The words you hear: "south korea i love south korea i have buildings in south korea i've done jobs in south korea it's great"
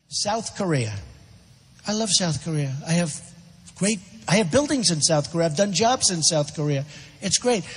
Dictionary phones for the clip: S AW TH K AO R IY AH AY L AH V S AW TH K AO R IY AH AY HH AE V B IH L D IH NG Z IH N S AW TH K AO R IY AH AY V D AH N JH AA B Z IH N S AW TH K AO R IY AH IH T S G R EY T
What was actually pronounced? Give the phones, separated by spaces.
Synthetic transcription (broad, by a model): S AW TH K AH R IY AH AY L AH V S AW TH K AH R IY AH AY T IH V B IH L D IH NG Z IH N S AW TH K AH R IY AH AY V D AH N JH AA B Z IH N S AW TH K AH R IY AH IH T S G R EY T